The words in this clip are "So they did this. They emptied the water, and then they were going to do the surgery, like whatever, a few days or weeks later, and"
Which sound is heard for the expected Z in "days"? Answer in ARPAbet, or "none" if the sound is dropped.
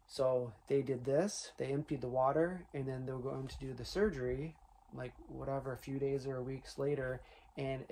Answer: Z